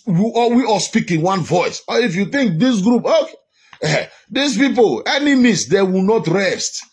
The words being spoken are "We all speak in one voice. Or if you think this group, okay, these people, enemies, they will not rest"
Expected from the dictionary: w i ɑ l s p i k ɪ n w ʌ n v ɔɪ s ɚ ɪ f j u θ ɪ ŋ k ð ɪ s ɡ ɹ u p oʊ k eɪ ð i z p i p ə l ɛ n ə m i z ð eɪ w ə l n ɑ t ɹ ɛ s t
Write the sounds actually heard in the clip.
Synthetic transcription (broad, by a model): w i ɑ w s p i k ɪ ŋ w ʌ n v ɔɪ s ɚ ɪ f j u θ ɪ ŋ k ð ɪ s ɡ ɹ u p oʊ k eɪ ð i s p i p ə l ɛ n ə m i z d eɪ w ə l n ɑ t ɹ ɛ s t